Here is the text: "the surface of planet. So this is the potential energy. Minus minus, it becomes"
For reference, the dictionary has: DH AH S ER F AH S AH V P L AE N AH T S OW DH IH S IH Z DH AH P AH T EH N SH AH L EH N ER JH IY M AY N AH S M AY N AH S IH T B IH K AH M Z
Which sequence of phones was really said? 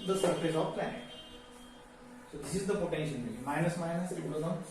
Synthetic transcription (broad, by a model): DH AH S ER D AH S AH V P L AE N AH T S OW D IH S IH Z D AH P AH T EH N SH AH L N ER IY M AY N AH S M AY N AH S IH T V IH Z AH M